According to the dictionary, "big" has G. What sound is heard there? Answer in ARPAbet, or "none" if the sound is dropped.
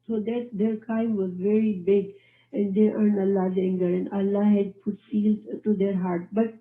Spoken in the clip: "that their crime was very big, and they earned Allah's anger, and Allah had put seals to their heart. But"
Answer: G